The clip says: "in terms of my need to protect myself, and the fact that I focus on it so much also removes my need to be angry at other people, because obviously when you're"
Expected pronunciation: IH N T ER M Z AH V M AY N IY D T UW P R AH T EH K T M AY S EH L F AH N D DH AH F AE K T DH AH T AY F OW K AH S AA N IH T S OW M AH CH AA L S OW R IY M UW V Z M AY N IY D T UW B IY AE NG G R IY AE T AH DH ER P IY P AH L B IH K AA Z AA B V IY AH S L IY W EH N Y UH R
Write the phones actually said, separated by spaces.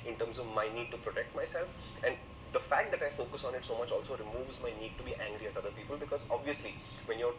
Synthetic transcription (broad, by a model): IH N T ER M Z AH V M AY N IY D T UW P R AH T EH K T M AY S EH L F AH N D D AH F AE K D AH T AY F OW K AH S AA N IH T S OW M AH CH AA L S OW R IY M UW V Z M AY N IY D T UW B IY AE NG G R IY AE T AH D ER P IY P AH L B IH K AA Z AA B V IY AH S L IY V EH N Y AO R